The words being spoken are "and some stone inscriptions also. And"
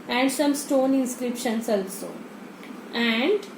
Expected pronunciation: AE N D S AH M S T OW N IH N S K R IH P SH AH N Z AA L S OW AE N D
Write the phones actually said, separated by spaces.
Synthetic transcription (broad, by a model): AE N D S AH M S T OW N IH N S K R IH P SH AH N S AA L S OW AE N D